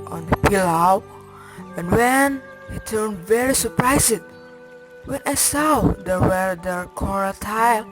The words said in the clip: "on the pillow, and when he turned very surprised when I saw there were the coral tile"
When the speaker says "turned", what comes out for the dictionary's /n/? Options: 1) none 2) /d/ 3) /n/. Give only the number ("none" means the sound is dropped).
3